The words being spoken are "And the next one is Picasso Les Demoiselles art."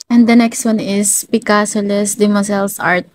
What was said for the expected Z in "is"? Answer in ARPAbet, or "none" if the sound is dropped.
S